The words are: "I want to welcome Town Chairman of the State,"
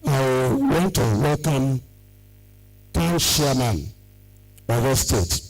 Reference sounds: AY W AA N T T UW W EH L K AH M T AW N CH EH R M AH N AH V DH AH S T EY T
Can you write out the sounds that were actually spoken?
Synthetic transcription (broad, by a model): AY W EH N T T UW W EH L K AH M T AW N SH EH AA M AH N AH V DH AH S T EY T